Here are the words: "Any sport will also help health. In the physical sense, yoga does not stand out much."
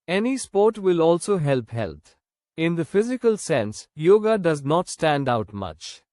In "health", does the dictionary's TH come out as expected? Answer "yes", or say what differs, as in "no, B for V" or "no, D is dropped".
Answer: no, T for TH